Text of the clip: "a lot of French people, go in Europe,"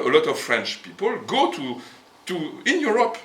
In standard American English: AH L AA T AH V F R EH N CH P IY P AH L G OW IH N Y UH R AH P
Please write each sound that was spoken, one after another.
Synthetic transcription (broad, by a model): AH L AA T AH V F R EH N CH P IY P AH L G OW IH N Y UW R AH P